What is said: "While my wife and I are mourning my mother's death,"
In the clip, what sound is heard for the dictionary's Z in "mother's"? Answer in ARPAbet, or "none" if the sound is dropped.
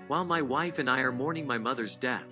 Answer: Z